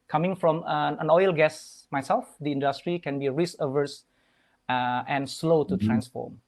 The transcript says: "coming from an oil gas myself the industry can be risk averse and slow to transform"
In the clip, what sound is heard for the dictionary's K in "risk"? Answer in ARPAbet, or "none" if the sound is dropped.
none